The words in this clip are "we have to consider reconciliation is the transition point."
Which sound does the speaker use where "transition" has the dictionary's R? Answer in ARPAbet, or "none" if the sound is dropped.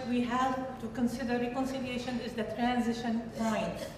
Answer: R